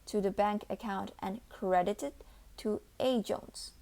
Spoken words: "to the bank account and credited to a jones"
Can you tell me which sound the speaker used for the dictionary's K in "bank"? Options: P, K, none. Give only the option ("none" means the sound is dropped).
K